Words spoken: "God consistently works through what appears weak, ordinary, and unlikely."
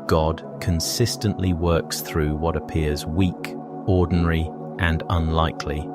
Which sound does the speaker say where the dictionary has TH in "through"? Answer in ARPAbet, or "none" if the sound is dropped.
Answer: TH